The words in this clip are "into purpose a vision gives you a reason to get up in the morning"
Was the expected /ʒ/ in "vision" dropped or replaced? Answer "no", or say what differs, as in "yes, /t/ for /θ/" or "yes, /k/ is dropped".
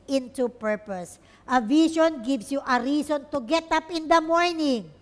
yes, /ʃ/ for /ʒ/